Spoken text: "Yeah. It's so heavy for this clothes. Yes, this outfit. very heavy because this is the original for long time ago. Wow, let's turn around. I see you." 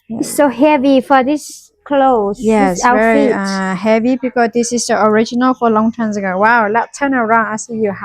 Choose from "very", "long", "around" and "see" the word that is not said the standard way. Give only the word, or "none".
very